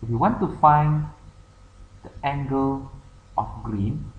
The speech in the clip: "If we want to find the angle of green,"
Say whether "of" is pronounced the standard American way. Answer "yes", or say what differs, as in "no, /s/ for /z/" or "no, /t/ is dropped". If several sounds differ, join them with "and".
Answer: no, /f/ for /v/